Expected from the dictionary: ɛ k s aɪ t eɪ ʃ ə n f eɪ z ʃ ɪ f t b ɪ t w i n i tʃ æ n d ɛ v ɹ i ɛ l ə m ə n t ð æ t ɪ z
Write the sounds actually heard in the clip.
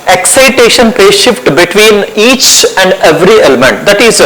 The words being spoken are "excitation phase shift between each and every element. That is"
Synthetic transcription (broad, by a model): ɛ k s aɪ t eɪ ʃ ə n p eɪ ʃ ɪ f t b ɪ t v i n i tʃ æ n d ɛ v ɹ i ɛ l ə m ə n t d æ t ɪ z